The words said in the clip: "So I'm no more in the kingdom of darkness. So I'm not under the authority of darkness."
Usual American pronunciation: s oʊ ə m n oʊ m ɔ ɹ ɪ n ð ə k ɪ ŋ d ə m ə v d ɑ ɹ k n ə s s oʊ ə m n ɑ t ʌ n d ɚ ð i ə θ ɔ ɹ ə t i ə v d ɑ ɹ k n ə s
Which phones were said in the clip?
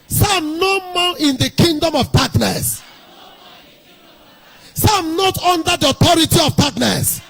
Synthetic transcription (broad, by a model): s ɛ ə m n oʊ m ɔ l ɪ n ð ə k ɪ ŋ d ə m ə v d ɑ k n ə s s ə m n ɑ t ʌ n d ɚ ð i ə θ ɔ ɹ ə t i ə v d ɑ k n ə s